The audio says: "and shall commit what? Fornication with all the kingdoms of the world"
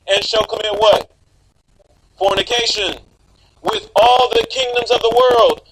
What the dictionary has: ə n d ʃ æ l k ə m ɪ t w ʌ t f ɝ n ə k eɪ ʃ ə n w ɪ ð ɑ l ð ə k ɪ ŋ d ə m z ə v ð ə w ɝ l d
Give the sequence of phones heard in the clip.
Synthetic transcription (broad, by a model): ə n ʃ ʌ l k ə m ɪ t w ʌ t f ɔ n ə k eɪ ʃ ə n w ɪ ð ɑ l ð ə k ɪ ŋ d ə m z ə v ð ə w ɝ l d